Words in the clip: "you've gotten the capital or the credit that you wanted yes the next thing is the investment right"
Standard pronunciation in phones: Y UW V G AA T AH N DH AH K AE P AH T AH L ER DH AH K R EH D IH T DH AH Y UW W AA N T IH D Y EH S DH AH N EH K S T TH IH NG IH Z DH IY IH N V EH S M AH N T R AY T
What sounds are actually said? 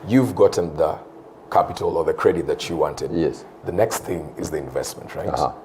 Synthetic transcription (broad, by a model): Y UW V G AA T N DH AH K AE P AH T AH L ER DH AH K R EH D IH T DH AH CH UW W AA N T IH D Y EH S DH AH N EH K S T TH IH NG IH Z DH IY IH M V EH S M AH N T R AY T